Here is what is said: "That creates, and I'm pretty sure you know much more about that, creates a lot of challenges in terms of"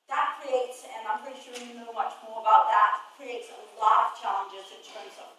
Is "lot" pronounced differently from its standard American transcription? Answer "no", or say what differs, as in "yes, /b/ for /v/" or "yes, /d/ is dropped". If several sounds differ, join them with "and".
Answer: yes, /t/ is dropped